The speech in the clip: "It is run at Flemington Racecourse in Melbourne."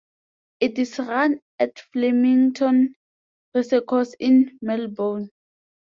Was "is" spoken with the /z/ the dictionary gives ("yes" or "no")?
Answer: no